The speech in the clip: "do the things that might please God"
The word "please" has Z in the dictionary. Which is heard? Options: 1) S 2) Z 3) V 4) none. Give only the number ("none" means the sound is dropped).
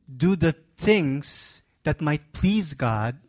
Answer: 2